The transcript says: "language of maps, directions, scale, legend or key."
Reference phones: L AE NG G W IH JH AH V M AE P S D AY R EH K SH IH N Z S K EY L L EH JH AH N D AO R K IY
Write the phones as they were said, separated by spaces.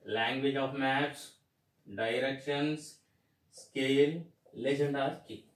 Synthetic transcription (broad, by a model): L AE NG G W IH JH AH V M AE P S D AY R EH K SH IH N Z S K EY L L EH JH AH N D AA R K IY